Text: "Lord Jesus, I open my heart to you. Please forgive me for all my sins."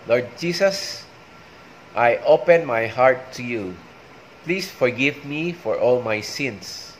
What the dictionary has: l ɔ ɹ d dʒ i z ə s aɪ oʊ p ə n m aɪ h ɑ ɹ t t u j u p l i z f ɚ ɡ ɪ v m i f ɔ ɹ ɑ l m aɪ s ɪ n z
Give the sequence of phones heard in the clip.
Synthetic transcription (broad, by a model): l ɔ ɹ d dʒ i s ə s aɪ oʊ p ə n m aɪ h ɑ ɹ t t u j u p l i s f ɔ ɡ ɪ v m i f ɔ ɹ ɑ l m aɪ s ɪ n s